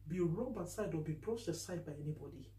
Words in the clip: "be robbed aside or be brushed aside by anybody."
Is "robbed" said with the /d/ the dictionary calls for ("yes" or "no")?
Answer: no